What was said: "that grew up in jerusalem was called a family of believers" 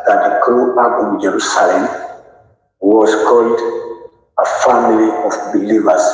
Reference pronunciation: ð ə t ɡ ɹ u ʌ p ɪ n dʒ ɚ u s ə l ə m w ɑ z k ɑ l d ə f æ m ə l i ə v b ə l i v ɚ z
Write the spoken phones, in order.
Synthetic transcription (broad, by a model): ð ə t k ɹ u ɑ b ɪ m dʒ ɚ u s ə l ə m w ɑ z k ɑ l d ə f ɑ m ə l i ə f b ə l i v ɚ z